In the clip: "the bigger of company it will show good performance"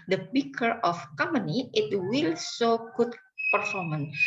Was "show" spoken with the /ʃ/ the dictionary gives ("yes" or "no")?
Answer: no